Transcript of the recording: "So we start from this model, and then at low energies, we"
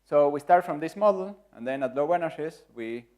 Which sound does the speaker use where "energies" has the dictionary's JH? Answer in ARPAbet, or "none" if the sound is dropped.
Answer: SH